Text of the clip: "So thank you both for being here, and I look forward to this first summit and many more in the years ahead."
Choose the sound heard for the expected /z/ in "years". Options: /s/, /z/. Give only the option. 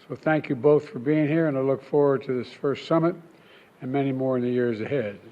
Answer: /z/